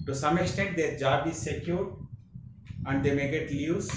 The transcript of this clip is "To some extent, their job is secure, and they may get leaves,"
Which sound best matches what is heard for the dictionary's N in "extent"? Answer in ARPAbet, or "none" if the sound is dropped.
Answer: none